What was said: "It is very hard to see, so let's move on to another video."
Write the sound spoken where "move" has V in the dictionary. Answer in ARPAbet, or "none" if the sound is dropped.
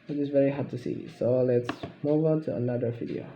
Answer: V